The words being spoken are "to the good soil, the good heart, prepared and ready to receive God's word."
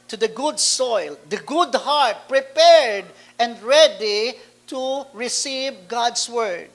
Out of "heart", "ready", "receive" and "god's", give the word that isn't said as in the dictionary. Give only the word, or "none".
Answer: god's